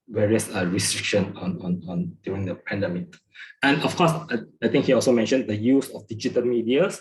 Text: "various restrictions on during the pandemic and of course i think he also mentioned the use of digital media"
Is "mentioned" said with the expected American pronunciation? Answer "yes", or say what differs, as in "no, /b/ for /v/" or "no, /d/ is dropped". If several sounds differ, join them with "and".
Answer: yes